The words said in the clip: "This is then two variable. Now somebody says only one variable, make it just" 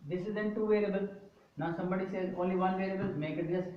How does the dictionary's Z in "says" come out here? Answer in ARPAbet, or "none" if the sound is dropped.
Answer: none